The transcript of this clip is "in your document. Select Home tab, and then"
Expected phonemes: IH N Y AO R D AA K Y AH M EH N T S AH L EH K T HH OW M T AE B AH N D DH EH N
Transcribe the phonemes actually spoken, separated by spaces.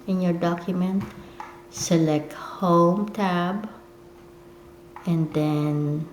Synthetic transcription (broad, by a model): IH N Y AO R D AA K Y AH M EH N T S AH L EH K T HH OW M T AE B AH N D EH N